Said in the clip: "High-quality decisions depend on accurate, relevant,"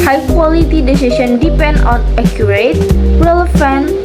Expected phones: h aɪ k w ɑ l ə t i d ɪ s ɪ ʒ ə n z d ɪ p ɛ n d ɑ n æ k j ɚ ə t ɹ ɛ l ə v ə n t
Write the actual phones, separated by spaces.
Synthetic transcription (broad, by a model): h aɪ k w ɑ l ə t i d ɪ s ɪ ʃ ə n d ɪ p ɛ n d ɑ n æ k j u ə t ɹ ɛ l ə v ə n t